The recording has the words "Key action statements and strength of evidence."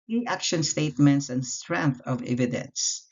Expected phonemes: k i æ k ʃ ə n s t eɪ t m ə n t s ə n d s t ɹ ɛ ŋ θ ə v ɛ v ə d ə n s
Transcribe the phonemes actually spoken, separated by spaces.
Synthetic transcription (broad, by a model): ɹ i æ k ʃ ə n s t eɪ t m ə n t s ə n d s t ɹ ɛ ŋ θ ə v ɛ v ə d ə n s